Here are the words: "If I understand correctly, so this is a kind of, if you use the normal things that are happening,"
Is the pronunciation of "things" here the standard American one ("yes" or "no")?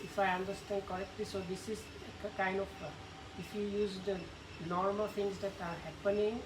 no